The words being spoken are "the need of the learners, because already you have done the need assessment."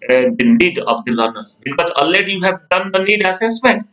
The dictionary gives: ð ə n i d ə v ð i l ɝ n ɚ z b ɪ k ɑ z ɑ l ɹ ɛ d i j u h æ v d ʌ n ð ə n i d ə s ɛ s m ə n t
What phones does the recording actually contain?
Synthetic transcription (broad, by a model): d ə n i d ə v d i l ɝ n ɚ s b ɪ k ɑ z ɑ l ɛ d j u h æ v d ʌ n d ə n i d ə s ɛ s m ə n t